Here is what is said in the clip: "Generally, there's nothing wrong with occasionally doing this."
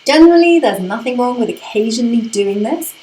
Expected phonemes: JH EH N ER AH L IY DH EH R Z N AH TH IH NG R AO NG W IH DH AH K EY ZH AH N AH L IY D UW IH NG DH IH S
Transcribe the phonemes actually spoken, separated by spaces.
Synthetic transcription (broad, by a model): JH EH N ER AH L IY DH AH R Z N AH TH IH NG R AO NG W IH DH AH K EY ZH AH N AH L IY D UW IH NG DH IH S